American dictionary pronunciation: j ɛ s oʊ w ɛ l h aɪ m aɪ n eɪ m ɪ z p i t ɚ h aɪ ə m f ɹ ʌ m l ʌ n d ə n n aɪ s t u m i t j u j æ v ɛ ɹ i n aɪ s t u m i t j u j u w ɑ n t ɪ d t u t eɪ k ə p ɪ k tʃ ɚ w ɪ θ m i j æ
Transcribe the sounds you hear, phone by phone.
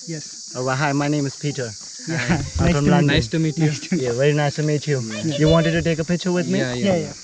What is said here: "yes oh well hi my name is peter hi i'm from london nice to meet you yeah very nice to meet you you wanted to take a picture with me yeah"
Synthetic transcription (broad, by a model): j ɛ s oʊ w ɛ h aɪ m aɪ n eɪ m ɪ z p i t ɚ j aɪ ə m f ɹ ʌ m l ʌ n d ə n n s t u m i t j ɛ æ v ɛ ɹ i n aɪ s t u m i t j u j u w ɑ n t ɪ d t u t eɪ k ə p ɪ tʃ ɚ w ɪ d m i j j